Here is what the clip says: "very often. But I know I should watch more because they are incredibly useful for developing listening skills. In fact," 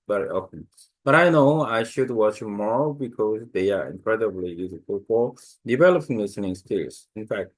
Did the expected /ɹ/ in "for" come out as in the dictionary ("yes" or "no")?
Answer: yes